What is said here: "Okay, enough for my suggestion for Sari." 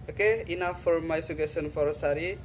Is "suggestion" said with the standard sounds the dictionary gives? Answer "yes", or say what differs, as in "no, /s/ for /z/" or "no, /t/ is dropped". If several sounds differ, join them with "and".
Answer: no, /dʒ/ is dropped and /tʃ/ is dropped